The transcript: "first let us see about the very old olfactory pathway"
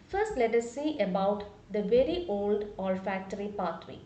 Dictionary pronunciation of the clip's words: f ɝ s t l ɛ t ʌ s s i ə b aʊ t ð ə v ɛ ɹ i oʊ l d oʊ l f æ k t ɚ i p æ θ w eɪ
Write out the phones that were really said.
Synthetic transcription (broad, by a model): f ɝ s t l ɛ t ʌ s s i ə b aʊ t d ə v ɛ ɹ i oʊ l d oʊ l f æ k t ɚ i p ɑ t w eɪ